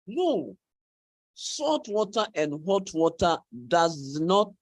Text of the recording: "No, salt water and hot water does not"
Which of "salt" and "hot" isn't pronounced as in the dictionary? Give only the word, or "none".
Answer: salt